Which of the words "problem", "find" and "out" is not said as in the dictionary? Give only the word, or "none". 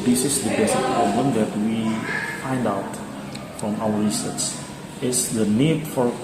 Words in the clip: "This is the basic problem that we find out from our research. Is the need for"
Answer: none